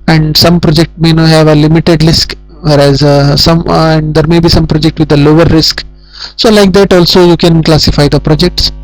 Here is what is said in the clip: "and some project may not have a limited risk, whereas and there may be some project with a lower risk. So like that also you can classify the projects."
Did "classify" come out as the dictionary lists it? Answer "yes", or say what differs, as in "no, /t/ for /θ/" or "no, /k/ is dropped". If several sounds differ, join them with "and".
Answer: yes